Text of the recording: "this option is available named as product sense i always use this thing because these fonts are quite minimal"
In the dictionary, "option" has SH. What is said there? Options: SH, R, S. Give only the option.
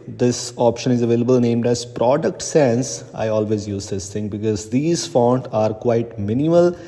SH